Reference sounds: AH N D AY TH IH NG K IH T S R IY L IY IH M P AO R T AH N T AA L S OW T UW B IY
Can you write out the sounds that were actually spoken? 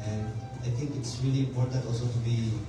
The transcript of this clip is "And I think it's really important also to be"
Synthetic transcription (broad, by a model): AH N D AY T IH NG K IH T S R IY L IY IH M P AO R T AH N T AA L S OW T UW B IY